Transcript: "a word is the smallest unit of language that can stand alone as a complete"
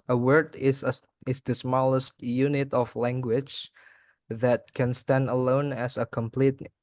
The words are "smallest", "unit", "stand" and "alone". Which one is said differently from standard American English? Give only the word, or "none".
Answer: none